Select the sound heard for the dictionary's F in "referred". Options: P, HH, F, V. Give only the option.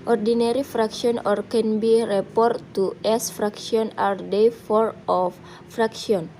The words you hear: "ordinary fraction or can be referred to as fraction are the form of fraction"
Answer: P